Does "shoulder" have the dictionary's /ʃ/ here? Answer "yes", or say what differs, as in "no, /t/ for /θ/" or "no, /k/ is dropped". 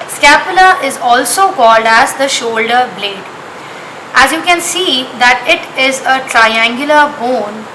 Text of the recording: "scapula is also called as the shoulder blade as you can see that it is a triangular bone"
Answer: yes